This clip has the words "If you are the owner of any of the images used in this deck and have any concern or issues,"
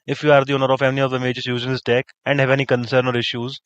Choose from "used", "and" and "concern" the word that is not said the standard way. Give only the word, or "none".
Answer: used